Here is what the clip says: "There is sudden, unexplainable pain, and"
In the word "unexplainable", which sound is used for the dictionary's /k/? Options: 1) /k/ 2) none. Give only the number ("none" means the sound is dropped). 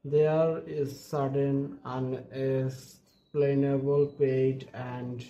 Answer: 2